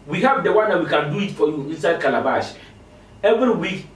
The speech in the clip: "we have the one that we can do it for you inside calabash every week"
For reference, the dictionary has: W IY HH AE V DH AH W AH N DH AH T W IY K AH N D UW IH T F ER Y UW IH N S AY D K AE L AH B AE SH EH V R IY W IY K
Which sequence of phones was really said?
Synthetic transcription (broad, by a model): W IY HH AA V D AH W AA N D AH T W IY K AH N D UW IH T F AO Y UW IH N S AY D K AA L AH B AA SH EH V R IY W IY K